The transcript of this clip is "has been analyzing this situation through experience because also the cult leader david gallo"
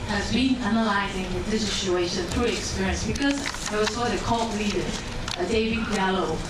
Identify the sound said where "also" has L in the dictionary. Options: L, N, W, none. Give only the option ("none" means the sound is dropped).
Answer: W